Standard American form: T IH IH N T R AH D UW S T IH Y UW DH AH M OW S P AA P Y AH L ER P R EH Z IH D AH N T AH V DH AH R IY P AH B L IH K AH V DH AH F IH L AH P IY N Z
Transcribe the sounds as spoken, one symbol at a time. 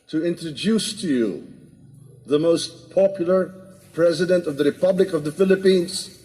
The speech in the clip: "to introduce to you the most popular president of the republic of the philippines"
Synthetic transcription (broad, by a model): T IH IH N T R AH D UW S T IH Y UW DH AH M OW S P AA P Y L ER P R EH Z IH D AH N T AH V DH AH R IY P AH B L IH K AH V DH AH F IH L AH P IY N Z